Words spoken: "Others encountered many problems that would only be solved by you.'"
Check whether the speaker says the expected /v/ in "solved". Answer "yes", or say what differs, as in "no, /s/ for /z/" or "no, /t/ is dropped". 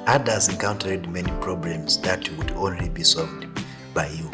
yes